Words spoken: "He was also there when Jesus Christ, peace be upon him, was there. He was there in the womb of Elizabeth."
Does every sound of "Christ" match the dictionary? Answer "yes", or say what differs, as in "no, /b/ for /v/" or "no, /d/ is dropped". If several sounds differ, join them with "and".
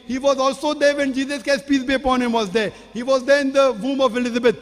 no, /ɹ/ is dropped